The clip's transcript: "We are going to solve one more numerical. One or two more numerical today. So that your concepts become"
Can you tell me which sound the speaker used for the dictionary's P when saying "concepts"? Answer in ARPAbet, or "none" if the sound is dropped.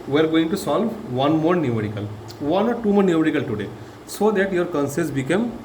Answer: none